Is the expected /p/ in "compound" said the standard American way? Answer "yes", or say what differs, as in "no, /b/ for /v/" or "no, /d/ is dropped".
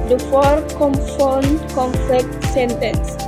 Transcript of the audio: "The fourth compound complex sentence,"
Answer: no, /f/ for /p/